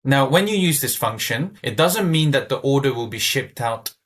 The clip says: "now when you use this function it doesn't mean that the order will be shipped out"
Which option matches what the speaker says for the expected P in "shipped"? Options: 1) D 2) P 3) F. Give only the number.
2